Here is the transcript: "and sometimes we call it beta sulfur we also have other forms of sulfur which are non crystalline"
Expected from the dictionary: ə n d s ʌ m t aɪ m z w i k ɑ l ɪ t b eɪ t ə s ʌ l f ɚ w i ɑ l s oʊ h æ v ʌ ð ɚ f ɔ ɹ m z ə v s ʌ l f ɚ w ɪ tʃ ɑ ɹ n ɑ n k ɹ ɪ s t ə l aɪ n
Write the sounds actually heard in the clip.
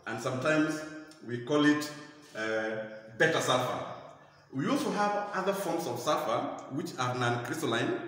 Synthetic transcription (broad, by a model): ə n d s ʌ m t aɪ m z w i k ɑ l ɪ t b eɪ t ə s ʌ f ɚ w i ɑ l s oʊ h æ v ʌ ð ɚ f ɔ ɹ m s ə v s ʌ f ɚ w ɪ tʃ ɑ ɹ n ɑ n k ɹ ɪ s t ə l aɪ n